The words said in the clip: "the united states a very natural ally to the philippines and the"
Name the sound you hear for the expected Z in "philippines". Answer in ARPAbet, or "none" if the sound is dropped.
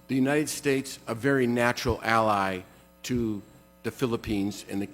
Z